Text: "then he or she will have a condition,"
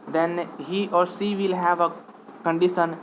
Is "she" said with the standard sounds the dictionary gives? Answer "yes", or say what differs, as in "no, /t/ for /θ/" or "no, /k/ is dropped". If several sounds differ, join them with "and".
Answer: no, /s/ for /ʃ/